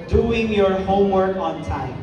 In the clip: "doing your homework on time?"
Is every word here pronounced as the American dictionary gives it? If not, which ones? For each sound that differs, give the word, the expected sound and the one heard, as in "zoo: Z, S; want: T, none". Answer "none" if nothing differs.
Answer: none